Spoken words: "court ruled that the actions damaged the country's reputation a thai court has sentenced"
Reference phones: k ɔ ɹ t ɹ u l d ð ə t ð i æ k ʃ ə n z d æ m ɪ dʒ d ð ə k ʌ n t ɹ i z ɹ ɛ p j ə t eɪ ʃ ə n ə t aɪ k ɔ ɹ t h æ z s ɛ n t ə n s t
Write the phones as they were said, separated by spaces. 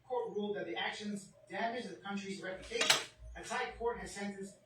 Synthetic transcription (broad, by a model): k ɔ ɹ t ɹ u l d ð ə t ð i æ k ʃ ə n z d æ m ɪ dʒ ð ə k ʌ n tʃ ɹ i z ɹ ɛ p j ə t eɪ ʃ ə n ə s aɪ k ɔ ɹ t h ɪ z s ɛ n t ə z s